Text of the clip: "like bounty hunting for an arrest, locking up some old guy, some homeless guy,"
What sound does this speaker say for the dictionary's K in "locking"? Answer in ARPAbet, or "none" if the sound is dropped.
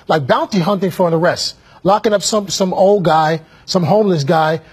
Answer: K